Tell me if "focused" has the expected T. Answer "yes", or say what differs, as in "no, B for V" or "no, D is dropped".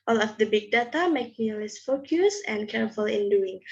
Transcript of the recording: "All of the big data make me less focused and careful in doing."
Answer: no, T is dropped